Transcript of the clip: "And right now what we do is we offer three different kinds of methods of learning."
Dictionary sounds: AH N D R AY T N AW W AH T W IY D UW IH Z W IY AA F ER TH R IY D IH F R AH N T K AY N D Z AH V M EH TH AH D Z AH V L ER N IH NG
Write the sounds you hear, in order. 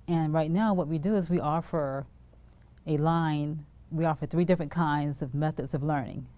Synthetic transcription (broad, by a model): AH N R AY T N AW W AH T W IY D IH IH Z W IY AA F ER TH R IY D IH F R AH N K AY N D Z AH V M EH TH AH D Z AH V L ER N IH NG